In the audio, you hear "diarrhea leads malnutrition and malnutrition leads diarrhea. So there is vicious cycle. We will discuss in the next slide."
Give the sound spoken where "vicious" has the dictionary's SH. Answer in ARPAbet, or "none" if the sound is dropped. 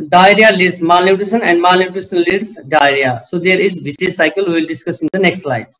S